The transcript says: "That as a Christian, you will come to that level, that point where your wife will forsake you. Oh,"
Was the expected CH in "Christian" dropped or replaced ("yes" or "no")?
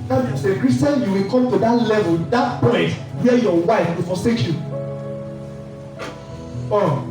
yes